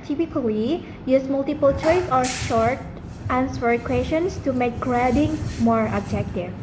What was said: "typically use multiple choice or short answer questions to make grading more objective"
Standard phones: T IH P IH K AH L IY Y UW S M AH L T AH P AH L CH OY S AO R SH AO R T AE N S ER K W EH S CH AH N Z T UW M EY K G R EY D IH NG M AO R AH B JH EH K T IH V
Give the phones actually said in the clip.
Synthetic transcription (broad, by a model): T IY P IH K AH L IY Y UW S M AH L T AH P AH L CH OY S AO R SH AO R T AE N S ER K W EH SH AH N S T UW M EY K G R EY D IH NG M AO R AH B JH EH K T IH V